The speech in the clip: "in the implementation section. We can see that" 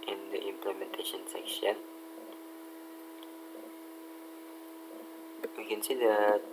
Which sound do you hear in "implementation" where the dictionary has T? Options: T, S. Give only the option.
T